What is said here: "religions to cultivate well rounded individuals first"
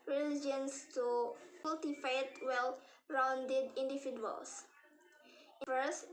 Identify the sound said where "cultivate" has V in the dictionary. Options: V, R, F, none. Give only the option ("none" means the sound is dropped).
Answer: F